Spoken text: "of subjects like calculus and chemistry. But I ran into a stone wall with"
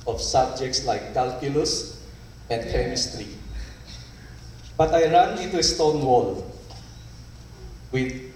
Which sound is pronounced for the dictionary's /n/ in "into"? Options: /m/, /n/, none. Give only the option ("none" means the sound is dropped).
none